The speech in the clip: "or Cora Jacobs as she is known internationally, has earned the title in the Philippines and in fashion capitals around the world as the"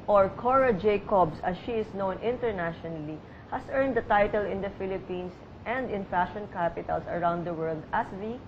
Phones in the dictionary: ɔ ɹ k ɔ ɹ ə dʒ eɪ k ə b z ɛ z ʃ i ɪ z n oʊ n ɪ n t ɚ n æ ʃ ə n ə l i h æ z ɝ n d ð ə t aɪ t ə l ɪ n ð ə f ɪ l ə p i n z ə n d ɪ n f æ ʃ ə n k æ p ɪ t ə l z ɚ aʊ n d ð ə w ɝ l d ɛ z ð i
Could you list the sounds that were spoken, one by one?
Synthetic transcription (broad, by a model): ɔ ɹ k ɔ ɹ ə dʒ eɪ k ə b s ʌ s ʃ i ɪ s n oʊ n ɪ n t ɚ n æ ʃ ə n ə l i h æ s ɝ n d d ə t aɪ t ə l ɪ n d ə f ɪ l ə p i n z ə n d ɪ n f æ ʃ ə n k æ p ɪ t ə l s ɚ aʊ n d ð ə w ɝ l d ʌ s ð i